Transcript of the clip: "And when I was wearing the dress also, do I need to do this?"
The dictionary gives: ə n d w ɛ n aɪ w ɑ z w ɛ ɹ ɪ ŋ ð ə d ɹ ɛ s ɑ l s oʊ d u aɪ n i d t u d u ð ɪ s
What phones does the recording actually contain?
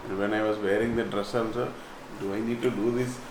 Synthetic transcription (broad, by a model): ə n d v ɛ n aɪ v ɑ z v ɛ ɹ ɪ ŋ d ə d ɹ ɛ s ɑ n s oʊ d u aɪ n i d t u d u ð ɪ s